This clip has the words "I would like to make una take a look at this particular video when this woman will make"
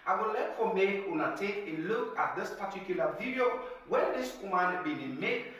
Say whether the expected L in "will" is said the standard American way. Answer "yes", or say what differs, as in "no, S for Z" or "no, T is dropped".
no, N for L